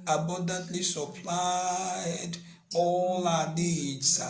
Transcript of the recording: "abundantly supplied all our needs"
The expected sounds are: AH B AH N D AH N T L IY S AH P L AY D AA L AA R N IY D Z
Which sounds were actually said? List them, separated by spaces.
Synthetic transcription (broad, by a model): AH B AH N D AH N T L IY S AH P L AY D AA L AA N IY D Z